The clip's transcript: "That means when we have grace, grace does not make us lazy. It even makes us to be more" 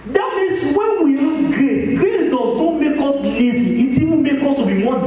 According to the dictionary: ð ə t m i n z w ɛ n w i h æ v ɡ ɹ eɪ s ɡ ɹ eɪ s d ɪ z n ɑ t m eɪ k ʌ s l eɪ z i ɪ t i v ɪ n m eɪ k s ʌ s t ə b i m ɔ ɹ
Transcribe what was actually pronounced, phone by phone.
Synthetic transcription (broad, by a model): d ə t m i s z w ɛ n w i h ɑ ɡ ɹ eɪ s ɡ ɹ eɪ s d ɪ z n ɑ m eɪ k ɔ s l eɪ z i ɪ t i w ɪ m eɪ k ɔ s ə b i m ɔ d